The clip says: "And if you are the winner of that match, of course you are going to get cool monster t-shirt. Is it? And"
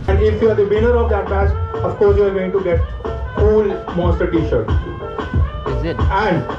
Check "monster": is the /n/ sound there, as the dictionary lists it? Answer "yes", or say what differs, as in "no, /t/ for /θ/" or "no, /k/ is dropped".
no, /n/ is dropped